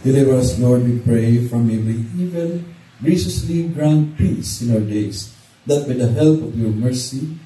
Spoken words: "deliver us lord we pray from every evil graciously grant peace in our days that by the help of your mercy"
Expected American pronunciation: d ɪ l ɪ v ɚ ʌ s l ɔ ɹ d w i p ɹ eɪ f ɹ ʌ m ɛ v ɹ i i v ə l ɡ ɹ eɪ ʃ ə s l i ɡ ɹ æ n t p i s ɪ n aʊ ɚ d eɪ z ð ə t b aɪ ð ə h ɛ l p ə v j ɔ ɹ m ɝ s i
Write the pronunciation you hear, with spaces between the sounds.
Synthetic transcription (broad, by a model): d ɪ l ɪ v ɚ ʌ s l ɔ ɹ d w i p ɹ eɪ f ɹ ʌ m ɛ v i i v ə n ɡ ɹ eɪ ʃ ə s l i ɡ ɹ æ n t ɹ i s ɪ n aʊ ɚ d eɪ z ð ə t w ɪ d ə h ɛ l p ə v j ɔ ɹ m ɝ s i